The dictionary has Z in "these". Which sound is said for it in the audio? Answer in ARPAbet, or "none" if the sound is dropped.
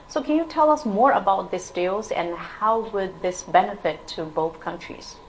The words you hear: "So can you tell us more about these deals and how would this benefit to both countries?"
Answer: S